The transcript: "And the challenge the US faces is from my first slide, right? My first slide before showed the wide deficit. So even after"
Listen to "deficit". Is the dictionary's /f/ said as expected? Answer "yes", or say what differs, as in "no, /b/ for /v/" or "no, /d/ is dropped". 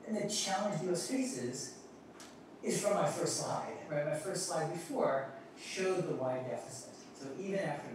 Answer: yes